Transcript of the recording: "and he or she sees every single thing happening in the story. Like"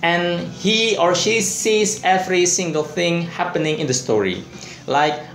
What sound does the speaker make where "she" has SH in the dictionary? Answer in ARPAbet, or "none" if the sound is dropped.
SH